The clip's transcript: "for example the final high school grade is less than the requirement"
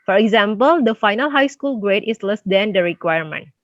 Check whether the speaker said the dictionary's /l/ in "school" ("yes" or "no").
yes